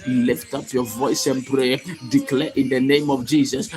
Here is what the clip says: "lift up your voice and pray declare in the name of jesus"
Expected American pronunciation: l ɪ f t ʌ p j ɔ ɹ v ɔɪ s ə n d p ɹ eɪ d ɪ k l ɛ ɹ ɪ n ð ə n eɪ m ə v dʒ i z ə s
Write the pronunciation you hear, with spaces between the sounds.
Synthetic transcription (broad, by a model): l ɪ f t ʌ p j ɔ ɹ v ɔɪ s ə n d p ɹ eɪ d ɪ k l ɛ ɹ ɪ n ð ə n eɪ m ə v dʒ i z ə s